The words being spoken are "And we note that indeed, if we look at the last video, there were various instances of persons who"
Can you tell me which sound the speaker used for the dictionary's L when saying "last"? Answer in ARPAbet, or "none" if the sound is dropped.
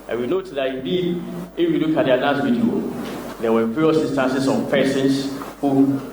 N